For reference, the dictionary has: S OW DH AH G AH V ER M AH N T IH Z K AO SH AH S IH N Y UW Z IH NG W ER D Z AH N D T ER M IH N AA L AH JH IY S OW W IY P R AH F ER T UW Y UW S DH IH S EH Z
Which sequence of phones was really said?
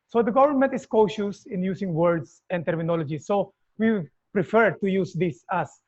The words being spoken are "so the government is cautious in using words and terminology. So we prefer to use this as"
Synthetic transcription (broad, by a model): S OW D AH G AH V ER M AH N T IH S K AO SH AH S IH N Y UW S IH NG W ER D S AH N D T ER M IH N AA L AH JH IY S OW W IY P R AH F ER T UW Y UW S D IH S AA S